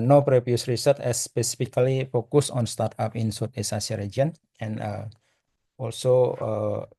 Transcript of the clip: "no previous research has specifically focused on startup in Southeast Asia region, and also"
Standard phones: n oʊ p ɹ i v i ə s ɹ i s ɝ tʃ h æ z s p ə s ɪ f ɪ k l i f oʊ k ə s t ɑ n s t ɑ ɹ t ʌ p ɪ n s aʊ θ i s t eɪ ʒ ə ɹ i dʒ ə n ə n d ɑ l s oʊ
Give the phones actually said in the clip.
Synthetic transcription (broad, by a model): n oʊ p ɹ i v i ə s ɹ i s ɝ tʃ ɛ s p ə s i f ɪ k l i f oʊ k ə s ɑ n s t ɑ ɹ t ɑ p ɪ n s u t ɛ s ɑ s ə ɹ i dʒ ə n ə n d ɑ l s oʊ